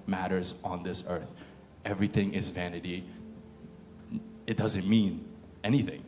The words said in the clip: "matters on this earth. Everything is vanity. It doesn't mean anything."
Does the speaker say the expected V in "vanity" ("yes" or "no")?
yes